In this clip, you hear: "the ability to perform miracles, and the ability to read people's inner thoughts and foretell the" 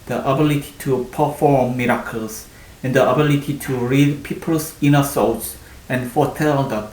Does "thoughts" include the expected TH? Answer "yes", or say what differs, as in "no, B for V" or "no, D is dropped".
no, S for TH